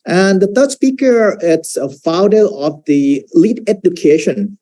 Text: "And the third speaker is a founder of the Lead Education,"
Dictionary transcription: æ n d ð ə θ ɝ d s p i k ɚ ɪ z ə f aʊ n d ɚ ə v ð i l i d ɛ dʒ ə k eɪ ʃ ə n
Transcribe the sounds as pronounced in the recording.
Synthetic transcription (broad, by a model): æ n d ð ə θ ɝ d s p i k ɚ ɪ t ə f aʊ d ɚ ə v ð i l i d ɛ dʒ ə k eɪ ʃ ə n